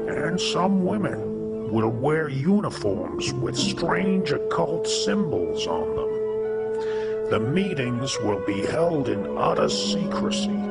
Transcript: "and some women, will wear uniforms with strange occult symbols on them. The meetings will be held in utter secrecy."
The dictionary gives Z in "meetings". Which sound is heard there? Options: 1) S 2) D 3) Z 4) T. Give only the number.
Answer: 3